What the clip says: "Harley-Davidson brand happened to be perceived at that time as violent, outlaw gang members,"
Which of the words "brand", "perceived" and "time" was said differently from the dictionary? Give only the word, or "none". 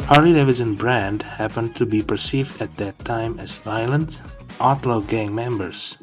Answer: none